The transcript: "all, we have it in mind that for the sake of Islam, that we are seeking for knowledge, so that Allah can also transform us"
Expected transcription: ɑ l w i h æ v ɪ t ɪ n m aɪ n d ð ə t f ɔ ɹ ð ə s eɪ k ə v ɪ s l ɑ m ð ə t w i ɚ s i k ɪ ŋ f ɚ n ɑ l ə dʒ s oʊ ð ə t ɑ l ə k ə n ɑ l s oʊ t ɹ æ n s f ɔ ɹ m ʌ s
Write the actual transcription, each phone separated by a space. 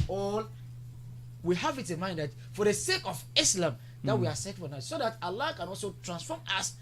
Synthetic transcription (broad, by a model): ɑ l w i h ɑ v ɪ t ɪ n m aɪ n d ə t f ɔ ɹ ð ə s eɪ k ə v ɪ s l ɑ m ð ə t w i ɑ s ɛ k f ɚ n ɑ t s oʊ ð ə t ɑ l ə k ə n ɑ l s oʊ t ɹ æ n s f ɔ m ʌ s